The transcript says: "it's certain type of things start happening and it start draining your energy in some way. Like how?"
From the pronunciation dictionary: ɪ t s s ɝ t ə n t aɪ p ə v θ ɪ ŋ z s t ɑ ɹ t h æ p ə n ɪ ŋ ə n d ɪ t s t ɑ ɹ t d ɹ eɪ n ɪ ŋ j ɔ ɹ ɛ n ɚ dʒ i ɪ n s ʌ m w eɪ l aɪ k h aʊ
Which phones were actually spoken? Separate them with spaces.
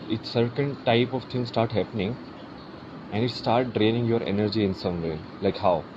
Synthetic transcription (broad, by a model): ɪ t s s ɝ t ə n t aɪ p ə v t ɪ ŋ s t ɑ ɹ t h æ p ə n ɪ ŋ ə n d ɪ t s t ɑ ɹ t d ɹ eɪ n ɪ ŋ j ɔ ɹ ɛ n ɚ dʒ i ɪ n s ʌ m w eɪ l aɪ k h aʊ